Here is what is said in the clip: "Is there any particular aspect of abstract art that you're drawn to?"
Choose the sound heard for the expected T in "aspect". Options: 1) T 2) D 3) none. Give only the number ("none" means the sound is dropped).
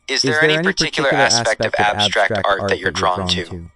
1